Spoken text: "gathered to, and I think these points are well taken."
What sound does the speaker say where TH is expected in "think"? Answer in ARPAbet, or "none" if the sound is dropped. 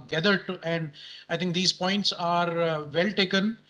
T